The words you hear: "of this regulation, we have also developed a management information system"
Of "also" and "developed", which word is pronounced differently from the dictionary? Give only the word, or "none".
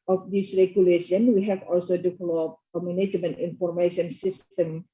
developed